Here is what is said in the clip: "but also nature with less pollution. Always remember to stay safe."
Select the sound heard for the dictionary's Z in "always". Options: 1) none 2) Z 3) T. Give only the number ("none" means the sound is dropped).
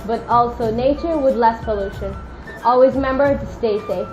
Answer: 2